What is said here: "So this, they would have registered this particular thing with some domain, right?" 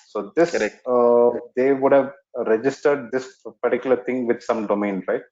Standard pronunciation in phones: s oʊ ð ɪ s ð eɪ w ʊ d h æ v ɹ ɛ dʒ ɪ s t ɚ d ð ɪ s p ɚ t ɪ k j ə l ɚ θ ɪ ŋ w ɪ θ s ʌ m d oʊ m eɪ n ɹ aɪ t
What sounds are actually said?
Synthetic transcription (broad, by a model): s oʊ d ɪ s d eɪ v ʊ d h æ v ɹ ɛ dʒ ɪ s t ɚ d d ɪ s p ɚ t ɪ k j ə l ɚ t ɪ ŋ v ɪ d s ʌ m d oʊ m eɪ n ɹ aɪ t